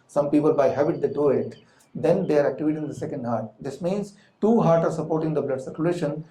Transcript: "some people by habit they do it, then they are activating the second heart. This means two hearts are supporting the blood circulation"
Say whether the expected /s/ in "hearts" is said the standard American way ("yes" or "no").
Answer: no